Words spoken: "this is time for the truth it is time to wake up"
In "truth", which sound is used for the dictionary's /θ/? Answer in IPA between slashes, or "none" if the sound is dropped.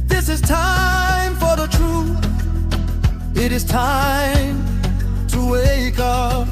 /θ/